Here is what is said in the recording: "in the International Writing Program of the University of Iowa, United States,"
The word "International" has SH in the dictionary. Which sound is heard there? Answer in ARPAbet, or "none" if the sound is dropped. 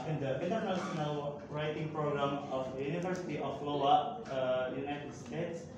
S